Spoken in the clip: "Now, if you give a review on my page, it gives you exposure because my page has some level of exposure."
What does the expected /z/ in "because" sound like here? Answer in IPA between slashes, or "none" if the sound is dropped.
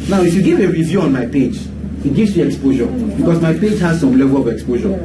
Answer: /s/